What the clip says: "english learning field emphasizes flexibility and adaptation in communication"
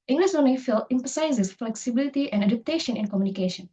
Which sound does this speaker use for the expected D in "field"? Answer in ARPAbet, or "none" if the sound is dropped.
none